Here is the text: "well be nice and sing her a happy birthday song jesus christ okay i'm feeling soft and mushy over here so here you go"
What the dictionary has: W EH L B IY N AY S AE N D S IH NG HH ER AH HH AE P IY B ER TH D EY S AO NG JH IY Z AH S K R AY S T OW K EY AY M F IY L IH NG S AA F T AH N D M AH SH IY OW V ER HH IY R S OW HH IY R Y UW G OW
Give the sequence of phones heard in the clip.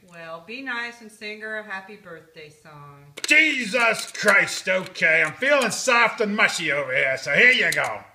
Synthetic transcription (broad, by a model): W EH L B IY N AY S N S IH NG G ER AH HH AE P IY B ER TH D EY S AO NG JH IY Z AH S K R AY S T OW K EY AY M F IY L IH NG S AA F T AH N M AH SH IY OW V ER HH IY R S OW HH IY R Y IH G OW